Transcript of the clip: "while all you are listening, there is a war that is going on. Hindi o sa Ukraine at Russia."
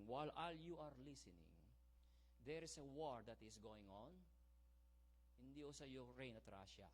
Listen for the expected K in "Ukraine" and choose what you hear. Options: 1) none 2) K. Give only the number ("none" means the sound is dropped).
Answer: 1